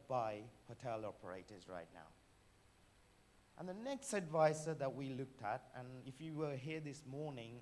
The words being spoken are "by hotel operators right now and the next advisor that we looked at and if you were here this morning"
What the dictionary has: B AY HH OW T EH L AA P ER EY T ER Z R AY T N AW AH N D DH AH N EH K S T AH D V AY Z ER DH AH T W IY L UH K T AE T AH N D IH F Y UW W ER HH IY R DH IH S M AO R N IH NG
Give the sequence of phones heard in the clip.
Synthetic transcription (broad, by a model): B AY HH OW T EH L AA P ER EY T ER Z R AY T N AW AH N DH AH N EH K S T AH D V AY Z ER DH AH T W IY L UH K T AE T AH N IH F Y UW W ER HH IY R DH IH S M AO R N IH NG